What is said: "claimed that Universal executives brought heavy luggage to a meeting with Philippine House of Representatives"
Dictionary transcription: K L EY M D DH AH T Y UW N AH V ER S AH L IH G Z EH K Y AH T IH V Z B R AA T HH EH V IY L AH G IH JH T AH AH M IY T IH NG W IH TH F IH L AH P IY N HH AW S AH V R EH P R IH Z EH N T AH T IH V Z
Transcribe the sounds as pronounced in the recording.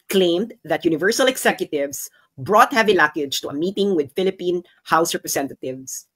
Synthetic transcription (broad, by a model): K L EY M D DH AH T Y UW N AH V ER S AH L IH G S EH K Y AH T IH V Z B R AA T HH EH V IY L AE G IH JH T AH AH M IY T IH NG W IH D F IH L AH P IY N HH AW S R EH P R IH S EH N T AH T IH V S